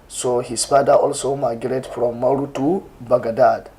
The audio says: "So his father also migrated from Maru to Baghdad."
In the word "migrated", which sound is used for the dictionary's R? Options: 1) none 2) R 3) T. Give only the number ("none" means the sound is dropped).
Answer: 1